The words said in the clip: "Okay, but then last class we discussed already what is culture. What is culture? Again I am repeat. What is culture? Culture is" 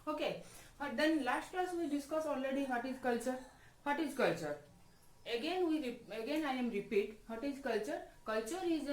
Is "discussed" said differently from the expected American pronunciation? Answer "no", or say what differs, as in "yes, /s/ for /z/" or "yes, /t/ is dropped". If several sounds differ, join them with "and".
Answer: yes, /t/ is dropped